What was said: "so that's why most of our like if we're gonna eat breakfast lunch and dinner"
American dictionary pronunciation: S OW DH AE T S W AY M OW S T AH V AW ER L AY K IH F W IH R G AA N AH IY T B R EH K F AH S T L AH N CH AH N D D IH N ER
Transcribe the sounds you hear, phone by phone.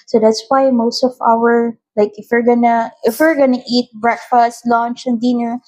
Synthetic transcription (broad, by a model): S OW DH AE T S W AY M OW S T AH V AW ER L AY K IH F W IH R G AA N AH IY T B R EH K F AH S T L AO N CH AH N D D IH N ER